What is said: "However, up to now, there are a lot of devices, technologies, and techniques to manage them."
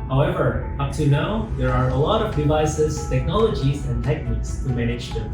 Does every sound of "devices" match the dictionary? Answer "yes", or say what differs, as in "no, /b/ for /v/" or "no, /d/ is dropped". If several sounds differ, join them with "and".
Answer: yes